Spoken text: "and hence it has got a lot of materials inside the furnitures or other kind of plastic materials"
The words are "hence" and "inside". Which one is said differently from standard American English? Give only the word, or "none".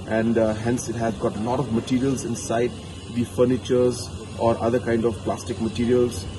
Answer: none